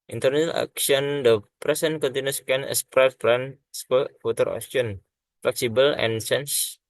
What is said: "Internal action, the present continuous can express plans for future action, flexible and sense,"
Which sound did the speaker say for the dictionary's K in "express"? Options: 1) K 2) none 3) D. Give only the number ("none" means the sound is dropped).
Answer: 2